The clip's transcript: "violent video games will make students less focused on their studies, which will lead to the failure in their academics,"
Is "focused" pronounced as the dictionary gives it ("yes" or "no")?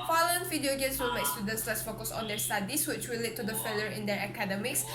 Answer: no